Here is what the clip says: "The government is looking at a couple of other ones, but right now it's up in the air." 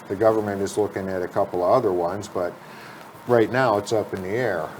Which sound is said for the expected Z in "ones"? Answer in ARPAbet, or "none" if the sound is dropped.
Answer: Z